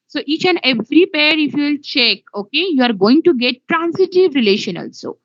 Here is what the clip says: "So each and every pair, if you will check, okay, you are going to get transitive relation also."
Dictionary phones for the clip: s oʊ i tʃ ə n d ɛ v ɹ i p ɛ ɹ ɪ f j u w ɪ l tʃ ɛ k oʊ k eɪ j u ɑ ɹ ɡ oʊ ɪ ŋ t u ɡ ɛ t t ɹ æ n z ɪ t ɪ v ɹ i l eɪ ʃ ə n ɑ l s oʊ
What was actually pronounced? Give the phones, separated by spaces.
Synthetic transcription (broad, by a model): s oʊ i tʃ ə n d ɛ v ɹ i p ɛ ɹ ɪ f j u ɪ l tʃ ɛ k oʊ k eɪ j u ɑ ɹ ɡ oʊ ɪ ŋ t u ɡ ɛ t t ɹ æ n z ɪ t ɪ v ɹ i l eɪ ʃ ə n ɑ l s oʊ